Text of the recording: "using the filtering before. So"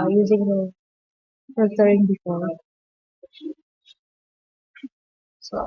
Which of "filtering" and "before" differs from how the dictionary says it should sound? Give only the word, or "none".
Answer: filtering